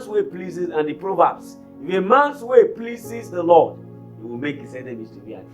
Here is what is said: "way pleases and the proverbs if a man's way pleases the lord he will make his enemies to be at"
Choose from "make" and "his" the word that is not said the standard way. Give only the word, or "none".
his